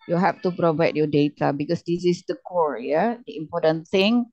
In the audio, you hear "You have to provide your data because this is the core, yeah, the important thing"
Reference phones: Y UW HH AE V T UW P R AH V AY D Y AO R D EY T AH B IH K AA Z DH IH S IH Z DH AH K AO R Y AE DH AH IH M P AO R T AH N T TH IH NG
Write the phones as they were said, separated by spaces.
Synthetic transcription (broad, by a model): Y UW HH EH F T UW P R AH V AY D Y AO D EY T AH B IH K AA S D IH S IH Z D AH K AO R Y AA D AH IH M P AO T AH N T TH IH NG